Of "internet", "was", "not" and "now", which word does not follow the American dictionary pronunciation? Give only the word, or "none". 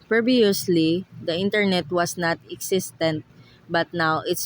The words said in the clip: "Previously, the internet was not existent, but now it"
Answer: was